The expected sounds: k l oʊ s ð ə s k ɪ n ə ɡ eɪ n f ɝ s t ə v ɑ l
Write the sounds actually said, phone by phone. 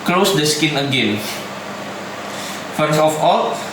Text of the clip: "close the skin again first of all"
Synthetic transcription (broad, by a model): k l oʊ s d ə s k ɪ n ə ɡ eɪ n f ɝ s ə f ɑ